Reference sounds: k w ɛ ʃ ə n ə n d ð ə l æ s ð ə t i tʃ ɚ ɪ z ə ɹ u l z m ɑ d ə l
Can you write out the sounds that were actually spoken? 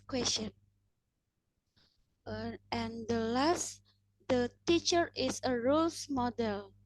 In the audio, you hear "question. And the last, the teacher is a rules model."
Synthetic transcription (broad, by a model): k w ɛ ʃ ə n ə n d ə l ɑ s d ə t i tʃ ɚ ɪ s ə ɹ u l s m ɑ d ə l